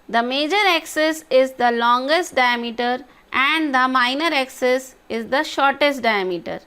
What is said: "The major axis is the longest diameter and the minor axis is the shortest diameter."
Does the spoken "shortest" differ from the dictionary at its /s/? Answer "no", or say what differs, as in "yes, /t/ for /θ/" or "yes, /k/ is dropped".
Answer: no